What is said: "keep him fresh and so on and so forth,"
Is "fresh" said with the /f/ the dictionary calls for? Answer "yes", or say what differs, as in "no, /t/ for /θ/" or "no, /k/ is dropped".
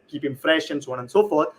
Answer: yes